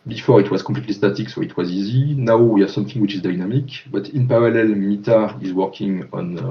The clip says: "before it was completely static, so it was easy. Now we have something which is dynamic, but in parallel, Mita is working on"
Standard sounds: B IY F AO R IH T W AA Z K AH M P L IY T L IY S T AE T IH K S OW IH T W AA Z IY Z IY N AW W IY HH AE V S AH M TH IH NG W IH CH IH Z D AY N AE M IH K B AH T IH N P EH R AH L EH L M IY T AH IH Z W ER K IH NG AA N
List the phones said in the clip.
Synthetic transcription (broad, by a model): B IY F AO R IH T W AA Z K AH P L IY T L IY S T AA T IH K S OW IH T W AA Z IY Z IY N AW W IY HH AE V S AH M TH IH NG W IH CH IH Z D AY N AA M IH K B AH T IH N P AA R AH L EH L M IY T AH IH Z W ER K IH NG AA N